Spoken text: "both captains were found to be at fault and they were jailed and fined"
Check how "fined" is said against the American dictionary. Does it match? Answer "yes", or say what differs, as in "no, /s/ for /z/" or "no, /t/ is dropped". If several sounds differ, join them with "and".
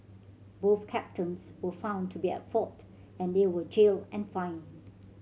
no, /d/ is dropped